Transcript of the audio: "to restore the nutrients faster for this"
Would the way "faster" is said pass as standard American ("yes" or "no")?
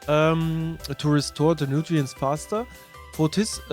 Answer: no